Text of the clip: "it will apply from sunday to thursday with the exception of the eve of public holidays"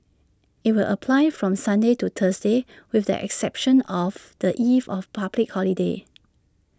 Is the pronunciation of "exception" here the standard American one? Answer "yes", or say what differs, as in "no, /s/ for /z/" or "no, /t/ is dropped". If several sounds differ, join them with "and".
yes